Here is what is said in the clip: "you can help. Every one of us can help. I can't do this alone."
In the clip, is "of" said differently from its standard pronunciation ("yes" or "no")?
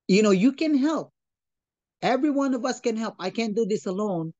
no